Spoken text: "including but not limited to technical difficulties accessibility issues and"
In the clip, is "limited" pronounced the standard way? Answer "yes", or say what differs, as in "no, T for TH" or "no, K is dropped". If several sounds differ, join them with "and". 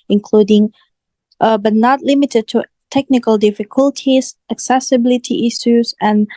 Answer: yes